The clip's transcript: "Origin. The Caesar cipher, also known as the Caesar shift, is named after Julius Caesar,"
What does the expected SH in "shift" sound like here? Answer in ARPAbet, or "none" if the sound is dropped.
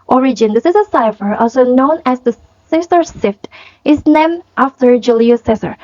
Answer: S